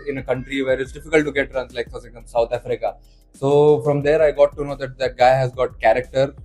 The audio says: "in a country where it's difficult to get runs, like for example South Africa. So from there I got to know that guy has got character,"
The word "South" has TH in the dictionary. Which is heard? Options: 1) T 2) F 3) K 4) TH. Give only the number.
1